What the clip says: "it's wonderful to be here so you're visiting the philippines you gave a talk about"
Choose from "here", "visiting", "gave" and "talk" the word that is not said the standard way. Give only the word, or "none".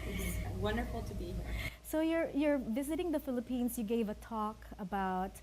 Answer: none